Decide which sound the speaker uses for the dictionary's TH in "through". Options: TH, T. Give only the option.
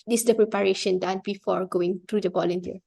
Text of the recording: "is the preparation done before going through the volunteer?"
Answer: T